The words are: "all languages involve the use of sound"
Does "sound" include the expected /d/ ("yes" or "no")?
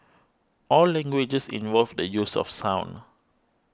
no